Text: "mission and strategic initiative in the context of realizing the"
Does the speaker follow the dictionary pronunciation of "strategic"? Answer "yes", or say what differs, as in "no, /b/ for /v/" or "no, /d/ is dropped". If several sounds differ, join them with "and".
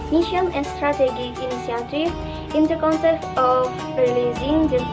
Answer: no, /k/ is dropped